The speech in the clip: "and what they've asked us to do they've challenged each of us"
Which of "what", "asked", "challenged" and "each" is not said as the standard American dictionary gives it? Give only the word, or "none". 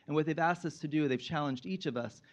none